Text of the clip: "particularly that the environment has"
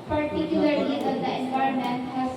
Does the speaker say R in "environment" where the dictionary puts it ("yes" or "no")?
no